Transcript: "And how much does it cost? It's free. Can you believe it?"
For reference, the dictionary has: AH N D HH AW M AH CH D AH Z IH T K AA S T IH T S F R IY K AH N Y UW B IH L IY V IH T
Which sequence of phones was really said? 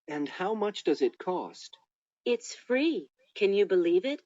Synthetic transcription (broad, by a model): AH N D HH AW M AH CH D AH Z IH T K AA S T IH T S F R IY K AH N Y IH B IH L IY V IH T